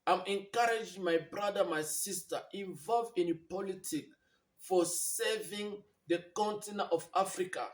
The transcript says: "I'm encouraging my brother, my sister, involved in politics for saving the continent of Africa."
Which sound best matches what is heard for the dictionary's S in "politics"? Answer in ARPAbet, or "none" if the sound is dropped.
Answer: none